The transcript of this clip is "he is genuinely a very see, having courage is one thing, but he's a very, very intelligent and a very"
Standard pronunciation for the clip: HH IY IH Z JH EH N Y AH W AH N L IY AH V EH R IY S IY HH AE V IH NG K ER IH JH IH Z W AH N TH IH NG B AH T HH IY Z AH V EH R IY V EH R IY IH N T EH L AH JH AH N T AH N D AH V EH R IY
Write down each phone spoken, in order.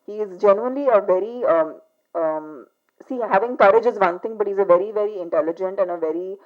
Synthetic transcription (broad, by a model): HH IY IH Z JH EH N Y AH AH N L IY AH V EH R IY S IY HH AE V IH NG K ER IH JH IH Z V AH N T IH NG B AH T HH IY Z AH V EH R IY V EH R IY IH N T EH L AH JH AH N T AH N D AH V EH R IY